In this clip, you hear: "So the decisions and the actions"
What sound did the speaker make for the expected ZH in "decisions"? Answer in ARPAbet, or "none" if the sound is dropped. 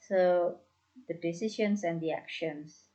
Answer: SH